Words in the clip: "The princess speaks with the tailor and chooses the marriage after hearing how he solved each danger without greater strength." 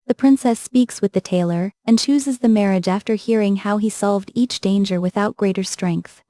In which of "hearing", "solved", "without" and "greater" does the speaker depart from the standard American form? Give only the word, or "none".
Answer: none